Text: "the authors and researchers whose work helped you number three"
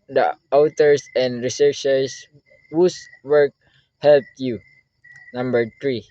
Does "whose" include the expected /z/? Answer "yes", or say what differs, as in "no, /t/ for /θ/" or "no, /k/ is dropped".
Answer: no, /s/ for /z/